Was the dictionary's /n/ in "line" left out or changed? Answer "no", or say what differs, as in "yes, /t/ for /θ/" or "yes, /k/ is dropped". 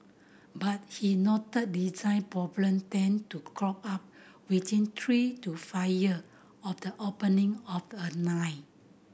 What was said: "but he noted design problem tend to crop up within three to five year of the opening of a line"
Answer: yes, /n/ is dropped